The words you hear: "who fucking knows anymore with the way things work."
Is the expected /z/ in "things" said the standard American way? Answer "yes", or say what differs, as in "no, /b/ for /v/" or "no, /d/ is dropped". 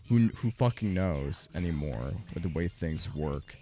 yes